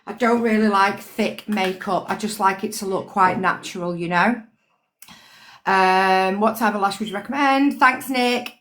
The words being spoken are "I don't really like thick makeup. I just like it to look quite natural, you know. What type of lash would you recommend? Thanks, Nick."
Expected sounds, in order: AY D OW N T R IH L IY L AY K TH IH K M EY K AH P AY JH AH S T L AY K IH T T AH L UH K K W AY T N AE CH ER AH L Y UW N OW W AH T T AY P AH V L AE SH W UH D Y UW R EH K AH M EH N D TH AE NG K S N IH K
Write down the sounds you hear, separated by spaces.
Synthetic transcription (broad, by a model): AY D OW N T R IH L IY L AY K TH IH K M EY K AH P AY JH AH S T L AY K IH T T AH L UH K K W AY T N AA CH ER AH L Y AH N OW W AH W T AY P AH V L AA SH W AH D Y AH R EH K AH M EH N D TH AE NG K S N IH K